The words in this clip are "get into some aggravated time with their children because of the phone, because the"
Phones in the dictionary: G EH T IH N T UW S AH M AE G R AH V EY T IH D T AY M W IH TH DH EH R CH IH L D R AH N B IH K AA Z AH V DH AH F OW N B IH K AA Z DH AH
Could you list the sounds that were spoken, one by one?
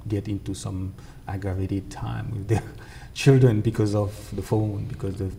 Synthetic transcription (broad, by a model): G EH T IH N T UW S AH M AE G AH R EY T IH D T AY M W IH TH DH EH CH IH L D R AH N B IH K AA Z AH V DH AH F OW N B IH K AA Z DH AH